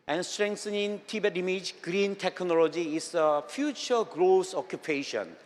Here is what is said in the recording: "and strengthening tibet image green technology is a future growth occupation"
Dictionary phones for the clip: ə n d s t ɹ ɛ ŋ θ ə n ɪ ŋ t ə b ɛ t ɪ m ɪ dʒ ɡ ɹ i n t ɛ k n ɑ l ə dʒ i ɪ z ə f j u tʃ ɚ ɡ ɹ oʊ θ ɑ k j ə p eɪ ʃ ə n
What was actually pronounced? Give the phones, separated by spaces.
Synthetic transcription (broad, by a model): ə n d s t ɹ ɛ ŋ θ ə n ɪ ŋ t ə b ɛ t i m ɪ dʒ ɡ ɹ i n t ɛ k n ɑ l ə dʒ i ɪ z ə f j u tʃ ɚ ɡ ɹ oʊ s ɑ k j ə p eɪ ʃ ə n